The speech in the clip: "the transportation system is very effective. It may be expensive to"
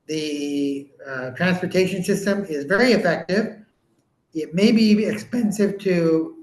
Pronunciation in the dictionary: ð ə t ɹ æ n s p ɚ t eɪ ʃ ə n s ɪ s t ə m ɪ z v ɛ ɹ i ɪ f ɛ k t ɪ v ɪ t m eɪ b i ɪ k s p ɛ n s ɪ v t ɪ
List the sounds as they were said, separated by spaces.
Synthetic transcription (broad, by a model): ð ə t ɹ æ n s p ɚ t eɪ ʃ ə n s ɪ s t ə m ɪ z v ɛ ɹ i ɪ f ɛ k t ɪ v ɪ t m eɪ b i ɪ k s p ɛ n s ɪ v t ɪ